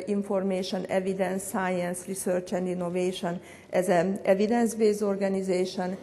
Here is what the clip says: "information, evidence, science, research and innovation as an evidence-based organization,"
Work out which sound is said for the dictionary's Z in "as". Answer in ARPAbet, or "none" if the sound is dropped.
Z